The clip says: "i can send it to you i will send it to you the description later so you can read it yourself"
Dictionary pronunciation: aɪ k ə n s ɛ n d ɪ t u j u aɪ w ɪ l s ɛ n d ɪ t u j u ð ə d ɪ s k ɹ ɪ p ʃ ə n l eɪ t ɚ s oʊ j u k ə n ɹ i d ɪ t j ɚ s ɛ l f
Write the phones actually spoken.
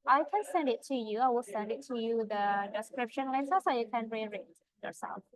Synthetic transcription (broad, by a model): aɪ k ə n s ɛ n d ɪ t u j u aɪ w ɪ l s ɛ n d ɪ t u j u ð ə d ɪ s k ɹ ɪ p ʃ ə n l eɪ s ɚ s oʊ j u k ə n ɹ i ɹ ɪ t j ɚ s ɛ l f